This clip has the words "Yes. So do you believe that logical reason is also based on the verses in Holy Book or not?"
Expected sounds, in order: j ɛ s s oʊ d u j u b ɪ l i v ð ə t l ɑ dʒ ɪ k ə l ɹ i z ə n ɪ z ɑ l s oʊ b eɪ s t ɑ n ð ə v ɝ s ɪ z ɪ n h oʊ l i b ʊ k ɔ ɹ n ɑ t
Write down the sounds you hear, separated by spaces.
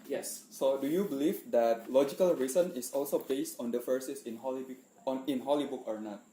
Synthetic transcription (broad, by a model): j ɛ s s oʊ d u j u b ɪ l i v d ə t l ɑ dʒ ɪ k ə l ɹ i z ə n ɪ s ɑ l s oʊ b eɪ s t ɑ n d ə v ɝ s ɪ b ɪ n h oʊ l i b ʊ k ɔ ɹ n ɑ t